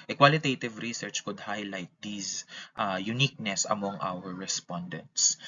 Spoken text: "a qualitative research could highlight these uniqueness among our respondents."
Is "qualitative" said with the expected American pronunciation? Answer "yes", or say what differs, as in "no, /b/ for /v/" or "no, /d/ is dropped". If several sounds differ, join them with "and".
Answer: yes